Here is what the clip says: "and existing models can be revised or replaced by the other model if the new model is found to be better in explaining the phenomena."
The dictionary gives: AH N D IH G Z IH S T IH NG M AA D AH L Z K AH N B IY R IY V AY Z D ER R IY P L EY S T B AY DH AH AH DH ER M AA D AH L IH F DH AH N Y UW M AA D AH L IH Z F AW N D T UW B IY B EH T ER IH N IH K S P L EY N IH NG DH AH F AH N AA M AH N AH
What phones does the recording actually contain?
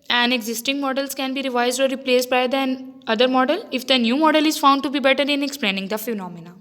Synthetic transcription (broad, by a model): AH N D IH G Z IH S T IH NG M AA D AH L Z K AH N B IY R IY V AY Z D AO R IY P L EY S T B AY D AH AH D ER M AA D AH L IH F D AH N Y UW M AA D AH L IH Z F AW N D T UW B IY B EH T ER IH N IH K S P L EY N IH NG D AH F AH N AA M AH N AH